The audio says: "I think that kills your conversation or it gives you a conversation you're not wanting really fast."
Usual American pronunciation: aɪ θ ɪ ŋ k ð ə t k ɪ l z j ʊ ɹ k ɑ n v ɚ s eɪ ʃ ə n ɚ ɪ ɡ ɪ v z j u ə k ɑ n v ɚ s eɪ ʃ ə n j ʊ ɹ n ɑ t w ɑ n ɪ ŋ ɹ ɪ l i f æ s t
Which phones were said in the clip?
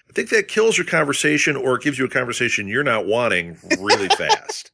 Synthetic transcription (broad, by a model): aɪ θ ɪ ŋ k ð ə t k ɪ l z j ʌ ɹ k ɑ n v ɚ s eɪ ʃ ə n ɚ ɡ ɪ v z j ə k ɑ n v ɚ s eɪ ʃ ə n j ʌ ɹ n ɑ t w ɑ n ɪ ŋ ɹ ɪ l i f æ s t